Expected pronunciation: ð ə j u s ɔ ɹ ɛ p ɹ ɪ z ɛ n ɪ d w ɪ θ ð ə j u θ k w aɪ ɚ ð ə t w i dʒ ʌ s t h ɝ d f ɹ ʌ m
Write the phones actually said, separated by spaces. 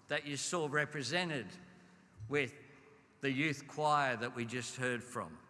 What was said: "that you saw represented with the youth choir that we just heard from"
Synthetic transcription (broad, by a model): ð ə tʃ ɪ s ɔ ɹ ɛ p ɹ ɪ z ɛ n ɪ d w ɪ ð ə j u θ k w aɪ ɚ ð ə t w i dʒ ʌ s t h ɝ d f ɹ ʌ m